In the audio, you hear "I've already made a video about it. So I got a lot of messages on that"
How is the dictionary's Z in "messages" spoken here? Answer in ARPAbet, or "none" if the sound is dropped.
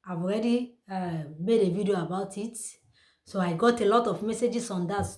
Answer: S